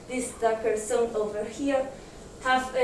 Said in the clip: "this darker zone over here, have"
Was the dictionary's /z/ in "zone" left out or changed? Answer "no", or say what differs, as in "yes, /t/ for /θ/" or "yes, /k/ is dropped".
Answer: yes, /s/ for /z/